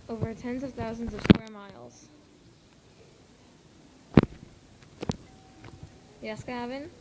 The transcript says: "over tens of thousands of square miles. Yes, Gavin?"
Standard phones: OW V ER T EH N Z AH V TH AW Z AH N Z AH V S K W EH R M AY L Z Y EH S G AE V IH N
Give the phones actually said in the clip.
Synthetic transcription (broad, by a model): OW V ER T EH N Z AH V TH AW Z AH N Z AH V S K W EH R M AY L Z Y EH S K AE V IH N